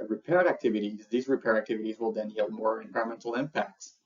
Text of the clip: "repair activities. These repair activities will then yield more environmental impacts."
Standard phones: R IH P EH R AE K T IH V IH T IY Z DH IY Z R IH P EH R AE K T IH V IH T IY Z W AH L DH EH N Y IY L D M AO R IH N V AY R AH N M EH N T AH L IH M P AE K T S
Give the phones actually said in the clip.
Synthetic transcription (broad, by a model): R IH P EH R AE K T IH V IH T IY Z DH IY Z R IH P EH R AE K T IH V IH T IY Z W AH L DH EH N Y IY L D M AO R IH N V AY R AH M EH N T L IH M P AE K T S